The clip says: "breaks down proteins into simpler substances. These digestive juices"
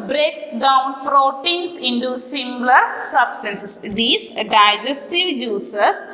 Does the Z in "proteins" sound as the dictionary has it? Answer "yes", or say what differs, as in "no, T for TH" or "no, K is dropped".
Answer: no, S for Z